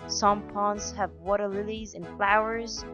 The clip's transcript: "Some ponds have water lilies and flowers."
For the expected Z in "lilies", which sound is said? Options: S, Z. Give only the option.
Z